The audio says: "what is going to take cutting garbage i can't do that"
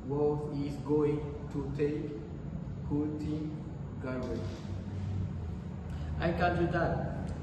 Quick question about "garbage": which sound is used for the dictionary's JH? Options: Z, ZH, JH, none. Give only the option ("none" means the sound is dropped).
none